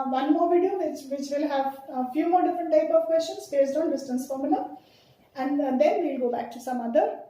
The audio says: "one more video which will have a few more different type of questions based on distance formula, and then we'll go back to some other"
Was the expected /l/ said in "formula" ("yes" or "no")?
no